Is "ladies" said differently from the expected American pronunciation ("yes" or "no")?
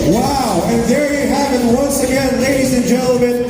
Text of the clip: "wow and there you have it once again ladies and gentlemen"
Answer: no